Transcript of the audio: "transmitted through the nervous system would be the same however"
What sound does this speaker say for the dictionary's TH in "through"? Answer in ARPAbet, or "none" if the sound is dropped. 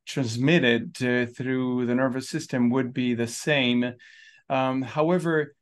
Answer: TH